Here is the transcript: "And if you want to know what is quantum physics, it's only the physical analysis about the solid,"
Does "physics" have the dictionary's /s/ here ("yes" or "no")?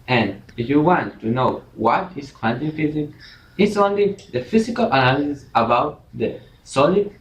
no